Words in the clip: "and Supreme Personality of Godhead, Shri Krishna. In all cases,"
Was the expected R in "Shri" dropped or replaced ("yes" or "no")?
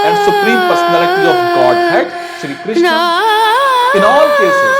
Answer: no